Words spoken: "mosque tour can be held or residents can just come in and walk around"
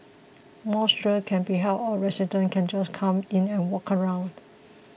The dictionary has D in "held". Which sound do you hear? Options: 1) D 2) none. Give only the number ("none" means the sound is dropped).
2